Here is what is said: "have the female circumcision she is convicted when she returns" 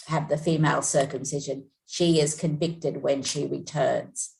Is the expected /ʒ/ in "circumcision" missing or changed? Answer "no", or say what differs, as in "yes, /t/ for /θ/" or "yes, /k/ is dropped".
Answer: no